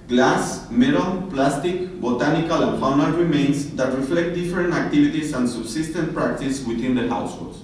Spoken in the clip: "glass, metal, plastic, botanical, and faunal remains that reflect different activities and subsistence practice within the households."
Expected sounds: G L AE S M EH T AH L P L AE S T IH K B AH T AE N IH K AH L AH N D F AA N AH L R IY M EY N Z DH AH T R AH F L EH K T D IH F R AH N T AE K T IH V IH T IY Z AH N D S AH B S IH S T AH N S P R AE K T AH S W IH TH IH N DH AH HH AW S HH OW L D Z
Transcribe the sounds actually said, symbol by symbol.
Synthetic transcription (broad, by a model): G L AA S M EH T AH N P L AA S T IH K B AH T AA N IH K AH L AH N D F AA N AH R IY M EY N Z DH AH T R AH F L EH K T D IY F R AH N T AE K T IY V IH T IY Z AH N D S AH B S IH S T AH N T P R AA K T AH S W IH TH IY N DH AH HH AW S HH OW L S